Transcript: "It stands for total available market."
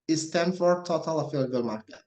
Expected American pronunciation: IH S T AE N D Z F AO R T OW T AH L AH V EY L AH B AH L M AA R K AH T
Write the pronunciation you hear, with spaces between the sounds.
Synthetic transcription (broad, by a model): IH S T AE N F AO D T OW T AH L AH F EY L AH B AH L M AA R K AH